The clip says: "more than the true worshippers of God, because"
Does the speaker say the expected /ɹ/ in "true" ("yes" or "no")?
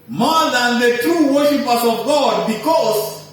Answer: yes